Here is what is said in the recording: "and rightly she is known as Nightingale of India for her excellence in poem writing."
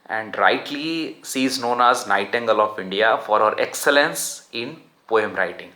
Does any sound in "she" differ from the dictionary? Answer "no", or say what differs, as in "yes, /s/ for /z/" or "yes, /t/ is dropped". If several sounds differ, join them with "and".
yes, /s/ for /ʃ/